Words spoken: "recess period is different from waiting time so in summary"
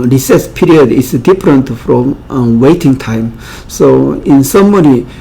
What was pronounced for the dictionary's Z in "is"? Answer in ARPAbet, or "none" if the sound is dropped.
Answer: S